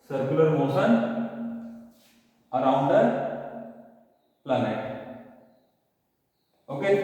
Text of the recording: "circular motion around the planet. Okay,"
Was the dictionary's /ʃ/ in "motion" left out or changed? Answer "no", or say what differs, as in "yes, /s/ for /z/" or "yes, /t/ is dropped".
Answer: yes, /s/ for /ʃ/